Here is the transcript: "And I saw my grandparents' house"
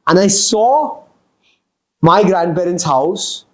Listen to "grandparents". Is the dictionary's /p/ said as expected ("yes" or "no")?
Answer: no